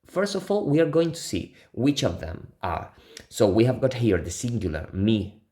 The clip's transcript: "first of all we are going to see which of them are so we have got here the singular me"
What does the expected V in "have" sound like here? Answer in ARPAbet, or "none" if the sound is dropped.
V